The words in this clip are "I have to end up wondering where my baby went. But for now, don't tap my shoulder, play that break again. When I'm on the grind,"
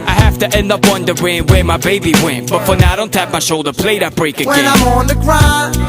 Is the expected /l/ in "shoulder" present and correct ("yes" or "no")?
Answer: yes